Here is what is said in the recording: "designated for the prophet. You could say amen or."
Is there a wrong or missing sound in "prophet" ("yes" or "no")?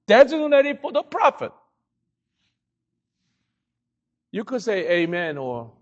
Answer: no